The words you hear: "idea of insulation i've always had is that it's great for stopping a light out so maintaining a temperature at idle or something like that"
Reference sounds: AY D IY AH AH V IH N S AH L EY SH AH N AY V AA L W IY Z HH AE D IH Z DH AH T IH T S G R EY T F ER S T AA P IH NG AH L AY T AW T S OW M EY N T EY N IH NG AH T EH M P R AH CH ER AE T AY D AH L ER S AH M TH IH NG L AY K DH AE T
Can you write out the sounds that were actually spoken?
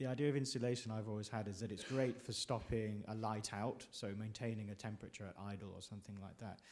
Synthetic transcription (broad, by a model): AY D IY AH AH V IH N S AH L EY SH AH N AY V AA L W IY Z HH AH D IH Z DH AH T IH T S G R EY T F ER S T AA P IH NG AH L AY T AW T S OW M EY N T EY N IH NG AH T EH M P R AH CH ER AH T AY D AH L ER S AH M TH IH NG L AY K DH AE T